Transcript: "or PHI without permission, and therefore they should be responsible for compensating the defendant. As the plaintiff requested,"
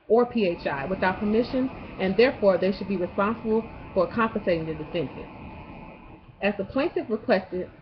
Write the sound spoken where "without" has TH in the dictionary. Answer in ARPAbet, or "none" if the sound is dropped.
TH